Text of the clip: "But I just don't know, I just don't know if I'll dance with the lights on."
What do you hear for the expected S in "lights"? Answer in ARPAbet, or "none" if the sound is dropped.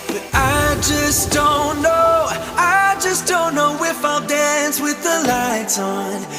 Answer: none